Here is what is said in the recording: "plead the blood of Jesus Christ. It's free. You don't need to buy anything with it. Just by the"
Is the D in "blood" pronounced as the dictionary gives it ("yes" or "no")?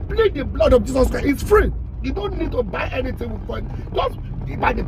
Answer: yes